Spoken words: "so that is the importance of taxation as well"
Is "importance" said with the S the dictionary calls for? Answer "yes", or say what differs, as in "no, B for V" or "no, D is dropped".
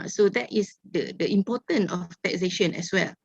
no, S is dropped